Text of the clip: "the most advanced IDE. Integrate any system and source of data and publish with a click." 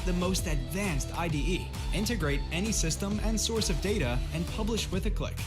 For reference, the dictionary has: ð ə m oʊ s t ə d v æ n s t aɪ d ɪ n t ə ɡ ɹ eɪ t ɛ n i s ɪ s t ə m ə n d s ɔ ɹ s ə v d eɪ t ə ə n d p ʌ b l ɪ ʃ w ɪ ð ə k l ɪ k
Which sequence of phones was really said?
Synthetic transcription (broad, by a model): ð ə m oʊ s t ə d v æ n s t aɪ d ɪ n t ə ɡ ɹ eɪ t ɛ n i s ɪ s t ə m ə n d s ɔ ɹ s ə v d eɪ t ə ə n p ʌ b l ɪ ʃ w ɪ ð ə k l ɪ k